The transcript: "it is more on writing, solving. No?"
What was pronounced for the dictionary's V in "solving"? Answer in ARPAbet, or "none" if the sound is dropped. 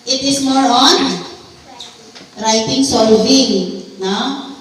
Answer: B